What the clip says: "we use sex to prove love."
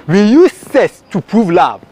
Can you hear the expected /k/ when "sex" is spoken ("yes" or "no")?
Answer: no